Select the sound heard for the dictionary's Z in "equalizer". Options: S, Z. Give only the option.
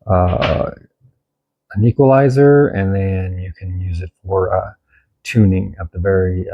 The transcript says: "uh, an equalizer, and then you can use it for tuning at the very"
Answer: Z